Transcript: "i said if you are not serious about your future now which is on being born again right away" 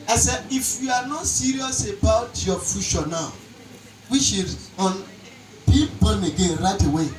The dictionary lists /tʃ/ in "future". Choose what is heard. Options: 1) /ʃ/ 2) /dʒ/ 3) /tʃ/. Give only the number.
1